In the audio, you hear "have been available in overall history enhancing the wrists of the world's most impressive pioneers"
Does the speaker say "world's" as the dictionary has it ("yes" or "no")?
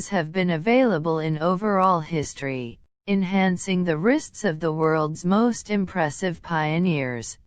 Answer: yes